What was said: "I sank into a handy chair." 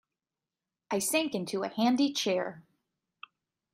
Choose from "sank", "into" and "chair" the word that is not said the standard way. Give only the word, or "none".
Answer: none